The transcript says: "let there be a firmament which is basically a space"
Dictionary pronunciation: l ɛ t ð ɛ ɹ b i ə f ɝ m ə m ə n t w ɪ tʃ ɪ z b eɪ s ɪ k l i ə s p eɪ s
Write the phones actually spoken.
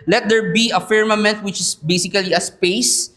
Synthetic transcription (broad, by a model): l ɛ t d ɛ ɹ b i ə f ɝ m ə m ə n t w ɪ tʃ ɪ s b eɪ s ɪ k l i ə s p eɪ s